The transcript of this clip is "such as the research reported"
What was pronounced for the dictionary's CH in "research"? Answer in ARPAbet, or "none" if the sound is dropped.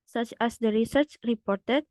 CH